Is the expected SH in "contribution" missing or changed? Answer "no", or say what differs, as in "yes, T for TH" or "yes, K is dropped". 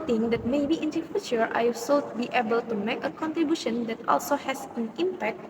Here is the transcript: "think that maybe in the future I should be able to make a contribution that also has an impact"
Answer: no